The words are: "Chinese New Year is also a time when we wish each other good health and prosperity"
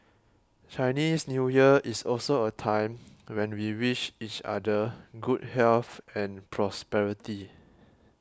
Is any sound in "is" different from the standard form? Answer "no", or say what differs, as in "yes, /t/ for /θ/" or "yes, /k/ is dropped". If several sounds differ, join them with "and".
yes, /s/ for /z/